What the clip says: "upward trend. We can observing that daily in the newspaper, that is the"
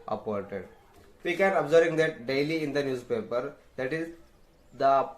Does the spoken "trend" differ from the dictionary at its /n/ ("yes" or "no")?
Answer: yes